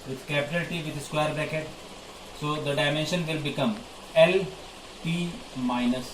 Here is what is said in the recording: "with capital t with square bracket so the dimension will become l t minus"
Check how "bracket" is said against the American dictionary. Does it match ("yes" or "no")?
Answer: no